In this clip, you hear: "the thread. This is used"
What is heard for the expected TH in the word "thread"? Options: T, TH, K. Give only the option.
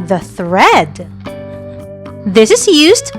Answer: TH